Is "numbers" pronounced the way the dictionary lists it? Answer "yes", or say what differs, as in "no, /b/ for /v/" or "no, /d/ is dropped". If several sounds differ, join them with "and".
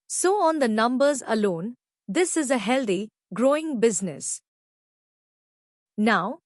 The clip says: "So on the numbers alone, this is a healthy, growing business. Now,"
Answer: yes